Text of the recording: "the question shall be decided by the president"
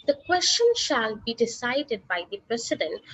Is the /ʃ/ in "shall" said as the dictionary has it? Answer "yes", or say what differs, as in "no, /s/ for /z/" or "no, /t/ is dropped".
yes